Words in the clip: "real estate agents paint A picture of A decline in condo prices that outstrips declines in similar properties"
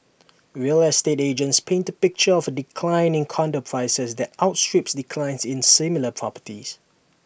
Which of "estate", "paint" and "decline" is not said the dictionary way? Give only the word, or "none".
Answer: none